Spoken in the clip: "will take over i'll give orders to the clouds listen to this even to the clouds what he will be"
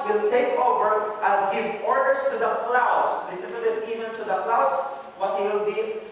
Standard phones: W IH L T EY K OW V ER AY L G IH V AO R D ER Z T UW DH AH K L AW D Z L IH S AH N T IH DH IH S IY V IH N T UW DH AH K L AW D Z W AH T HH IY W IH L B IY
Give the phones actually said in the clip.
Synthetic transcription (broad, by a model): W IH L T EY K OW V ER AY N G IH V AO R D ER S T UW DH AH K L AW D S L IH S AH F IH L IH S IY V IH N T UW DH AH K L AW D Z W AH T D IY W IH L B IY